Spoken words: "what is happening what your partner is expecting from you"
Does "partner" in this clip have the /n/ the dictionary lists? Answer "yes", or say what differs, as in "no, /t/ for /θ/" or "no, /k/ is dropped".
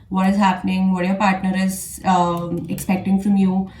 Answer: yes